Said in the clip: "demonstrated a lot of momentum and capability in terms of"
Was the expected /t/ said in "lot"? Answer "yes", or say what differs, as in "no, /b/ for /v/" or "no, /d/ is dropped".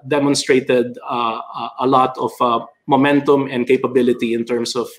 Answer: yes